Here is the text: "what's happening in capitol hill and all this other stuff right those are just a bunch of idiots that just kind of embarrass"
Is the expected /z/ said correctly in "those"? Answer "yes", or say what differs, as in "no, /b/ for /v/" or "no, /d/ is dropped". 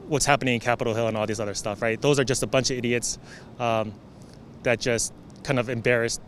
yes